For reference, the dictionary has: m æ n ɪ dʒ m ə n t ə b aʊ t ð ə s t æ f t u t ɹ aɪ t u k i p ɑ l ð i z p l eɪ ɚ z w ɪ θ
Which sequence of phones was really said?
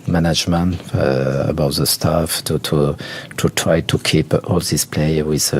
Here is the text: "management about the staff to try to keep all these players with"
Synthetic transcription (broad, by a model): m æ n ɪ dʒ m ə n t ə b aʊ t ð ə s t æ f t u t ɹ aɪ t u k i p ɑ l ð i s p l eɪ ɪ w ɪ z